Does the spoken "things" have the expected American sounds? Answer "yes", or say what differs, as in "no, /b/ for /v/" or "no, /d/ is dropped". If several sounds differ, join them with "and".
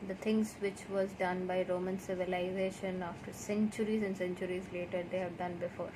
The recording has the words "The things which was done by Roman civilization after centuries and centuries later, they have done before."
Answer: no, /t/ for /θ/